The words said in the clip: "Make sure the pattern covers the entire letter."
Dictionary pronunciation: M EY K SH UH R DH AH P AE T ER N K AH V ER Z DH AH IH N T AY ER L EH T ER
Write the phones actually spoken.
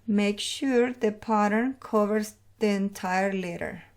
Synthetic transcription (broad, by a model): M EY K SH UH R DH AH P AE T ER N K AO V ER S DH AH IH N T AY ER L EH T ER